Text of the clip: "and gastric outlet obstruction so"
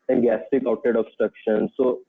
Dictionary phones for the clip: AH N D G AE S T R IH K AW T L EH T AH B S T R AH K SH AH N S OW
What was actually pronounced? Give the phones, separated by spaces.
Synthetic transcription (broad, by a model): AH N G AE S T IH K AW T EH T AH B S T R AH K SH AH N S OW